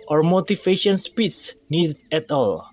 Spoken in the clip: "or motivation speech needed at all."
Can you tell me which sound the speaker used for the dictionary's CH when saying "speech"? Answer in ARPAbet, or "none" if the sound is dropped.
S